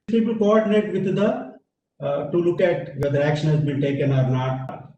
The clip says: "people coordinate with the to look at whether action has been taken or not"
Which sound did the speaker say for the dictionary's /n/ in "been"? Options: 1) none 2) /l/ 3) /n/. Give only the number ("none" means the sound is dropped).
2